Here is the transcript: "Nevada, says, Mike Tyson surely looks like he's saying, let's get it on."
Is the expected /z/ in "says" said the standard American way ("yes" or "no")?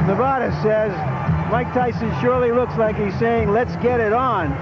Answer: yes